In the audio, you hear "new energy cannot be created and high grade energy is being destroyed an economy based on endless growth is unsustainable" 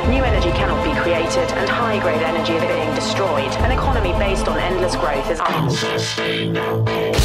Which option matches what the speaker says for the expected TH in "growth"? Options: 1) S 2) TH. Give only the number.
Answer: 2